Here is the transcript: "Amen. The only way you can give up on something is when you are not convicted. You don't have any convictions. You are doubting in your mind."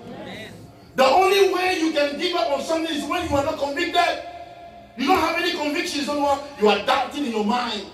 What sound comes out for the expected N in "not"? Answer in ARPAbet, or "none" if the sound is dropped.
N